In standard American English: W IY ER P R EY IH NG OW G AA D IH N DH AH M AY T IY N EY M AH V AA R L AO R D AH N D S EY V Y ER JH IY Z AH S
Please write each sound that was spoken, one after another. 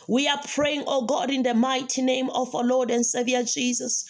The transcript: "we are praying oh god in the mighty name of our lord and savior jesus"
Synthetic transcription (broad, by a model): W IY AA P R EY IH NG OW G AA D IH N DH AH M AY T IY N EY M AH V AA W L AO D AH N D S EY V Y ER JH IY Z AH S